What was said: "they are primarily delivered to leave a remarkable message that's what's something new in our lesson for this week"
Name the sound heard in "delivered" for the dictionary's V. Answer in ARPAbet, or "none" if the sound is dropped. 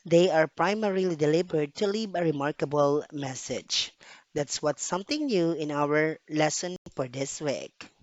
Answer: B